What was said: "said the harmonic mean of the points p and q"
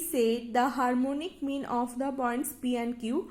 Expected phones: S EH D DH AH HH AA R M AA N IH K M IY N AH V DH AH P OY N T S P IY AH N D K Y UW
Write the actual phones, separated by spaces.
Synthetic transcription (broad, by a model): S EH D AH HH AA R M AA N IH K M IY N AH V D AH B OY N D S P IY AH N K Y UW